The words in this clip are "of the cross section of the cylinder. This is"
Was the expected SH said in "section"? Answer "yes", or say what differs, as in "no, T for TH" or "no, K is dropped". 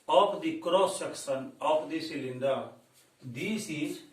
no, S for SH